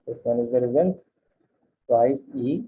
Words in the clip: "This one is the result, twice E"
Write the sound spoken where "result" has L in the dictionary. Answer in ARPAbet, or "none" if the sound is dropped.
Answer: N